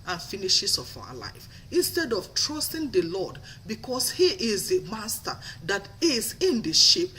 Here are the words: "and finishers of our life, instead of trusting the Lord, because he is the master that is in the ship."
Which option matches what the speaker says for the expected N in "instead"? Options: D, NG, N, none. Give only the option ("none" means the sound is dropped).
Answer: N